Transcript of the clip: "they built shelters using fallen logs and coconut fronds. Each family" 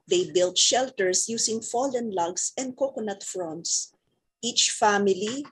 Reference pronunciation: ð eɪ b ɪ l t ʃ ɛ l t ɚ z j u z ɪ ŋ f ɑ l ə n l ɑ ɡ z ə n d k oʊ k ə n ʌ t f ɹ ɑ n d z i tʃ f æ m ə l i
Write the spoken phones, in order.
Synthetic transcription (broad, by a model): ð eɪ b ɪ l t ʃ ɛ l t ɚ s j u s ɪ ŋ f ɑ l ə n l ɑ ɡ s ə n d k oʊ k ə n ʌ t f ɹ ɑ n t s i tʃ f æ m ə l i